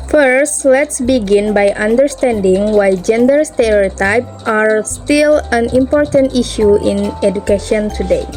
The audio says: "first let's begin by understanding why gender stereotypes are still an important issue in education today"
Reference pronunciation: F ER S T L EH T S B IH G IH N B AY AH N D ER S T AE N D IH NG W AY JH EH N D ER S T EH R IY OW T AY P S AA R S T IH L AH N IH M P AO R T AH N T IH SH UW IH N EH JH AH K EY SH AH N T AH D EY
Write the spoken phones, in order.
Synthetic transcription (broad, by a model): F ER S T L EH T S B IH G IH N B AY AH N D ER S T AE N D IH NG W AY JH EH N D ER S T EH R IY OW T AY P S AA R S T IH L AH N IH M P AO R T AH N T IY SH UW IH N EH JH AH K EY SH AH N T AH D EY